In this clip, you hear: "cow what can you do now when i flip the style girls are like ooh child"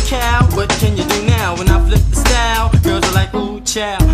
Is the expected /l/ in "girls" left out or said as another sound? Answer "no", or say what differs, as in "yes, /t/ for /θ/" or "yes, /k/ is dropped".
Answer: yes, /l/ is dropped